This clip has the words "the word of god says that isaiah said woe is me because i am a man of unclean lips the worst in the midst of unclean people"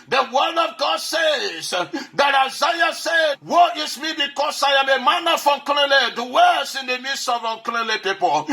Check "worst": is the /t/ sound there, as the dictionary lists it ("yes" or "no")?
no